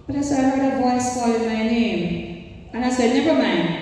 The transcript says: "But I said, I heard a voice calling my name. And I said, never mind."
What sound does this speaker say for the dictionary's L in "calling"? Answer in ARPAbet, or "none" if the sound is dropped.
none